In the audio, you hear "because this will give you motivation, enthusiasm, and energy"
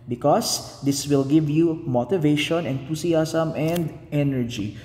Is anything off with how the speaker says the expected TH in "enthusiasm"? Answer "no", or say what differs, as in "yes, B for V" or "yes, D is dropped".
yes, T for TH